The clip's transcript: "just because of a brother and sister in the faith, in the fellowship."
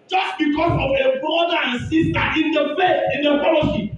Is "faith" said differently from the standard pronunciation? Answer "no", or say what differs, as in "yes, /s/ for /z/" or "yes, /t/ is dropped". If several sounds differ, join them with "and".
yes, /s/ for /θ/